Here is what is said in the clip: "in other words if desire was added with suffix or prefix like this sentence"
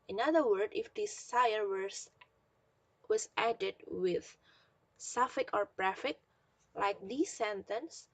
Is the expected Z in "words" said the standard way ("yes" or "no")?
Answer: no